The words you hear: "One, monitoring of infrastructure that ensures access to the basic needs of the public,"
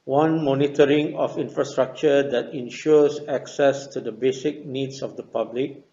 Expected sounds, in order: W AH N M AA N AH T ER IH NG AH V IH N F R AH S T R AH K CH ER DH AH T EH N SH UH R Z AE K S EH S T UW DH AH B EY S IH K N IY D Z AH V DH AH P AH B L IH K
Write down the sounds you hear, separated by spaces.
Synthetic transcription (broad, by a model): W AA N M AA N AH T ER IH NG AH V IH N F R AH S T R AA K CH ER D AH T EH N SH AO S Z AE K S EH S T UW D AH B EY S IH K N IY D S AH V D AH P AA B L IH K